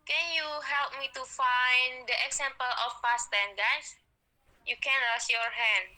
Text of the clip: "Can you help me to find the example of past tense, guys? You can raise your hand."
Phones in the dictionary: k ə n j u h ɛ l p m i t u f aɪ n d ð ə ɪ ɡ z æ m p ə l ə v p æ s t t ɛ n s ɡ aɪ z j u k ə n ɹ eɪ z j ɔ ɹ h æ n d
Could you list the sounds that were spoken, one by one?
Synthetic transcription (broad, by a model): k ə n j u h ɛ l p m i t u f aɪ n d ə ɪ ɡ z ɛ m p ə l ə f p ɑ s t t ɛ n ɡ aɪ s j u k ə n ɹ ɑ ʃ j ɔ ɹ h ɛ n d